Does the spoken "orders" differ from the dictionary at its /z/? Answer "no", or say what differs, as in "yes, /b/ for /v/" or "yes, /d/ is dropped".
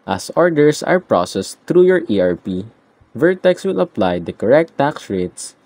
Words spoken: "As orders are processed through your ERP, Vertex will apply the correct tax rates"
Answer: yes, /s/ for /z/